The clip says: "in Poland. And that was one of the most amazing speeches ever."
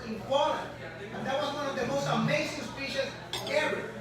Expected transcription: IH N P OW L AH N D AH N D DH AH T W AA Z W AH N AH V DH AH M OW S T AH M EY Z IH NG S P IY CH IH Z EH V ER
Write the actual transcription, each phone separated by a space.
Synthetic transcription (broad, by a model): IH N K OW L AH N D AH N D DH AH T W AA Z W AH N AH V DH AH M OW S T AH M EY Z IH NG S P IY SH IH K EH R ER